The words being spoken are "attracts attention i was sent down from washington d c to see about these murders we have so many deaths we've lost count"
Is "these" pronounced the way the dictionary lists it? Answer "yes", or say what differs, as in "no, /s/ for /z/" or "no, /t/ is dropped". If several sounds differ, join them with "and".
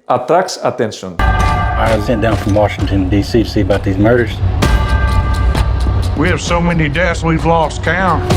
yes